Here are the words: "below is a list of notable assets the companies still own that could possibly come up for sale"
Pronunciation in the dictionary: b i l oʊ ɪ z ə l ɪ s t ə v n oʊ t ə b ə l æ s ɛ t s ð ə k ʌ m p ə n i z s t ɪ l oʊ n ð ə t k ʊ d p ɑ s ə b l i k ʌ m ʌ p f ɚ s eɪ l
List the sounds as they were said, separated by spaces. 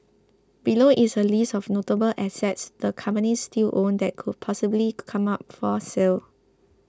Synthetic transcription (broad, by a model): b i l oʊ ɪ s ə l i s ə f n oʊ t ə b ə l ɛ s ɛ t s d ə k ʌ m p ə n i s t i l oʊ n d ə t k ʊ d p ɑ s ə b l i k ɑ m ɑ p f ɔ s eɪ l